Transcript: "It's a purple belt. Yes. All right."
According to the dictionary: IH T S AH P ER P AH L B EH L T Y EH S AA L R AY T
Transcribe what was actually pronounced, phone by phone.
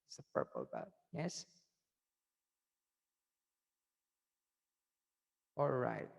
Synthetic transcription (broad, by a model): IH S AH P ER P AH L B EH T Y EH S AA L R AY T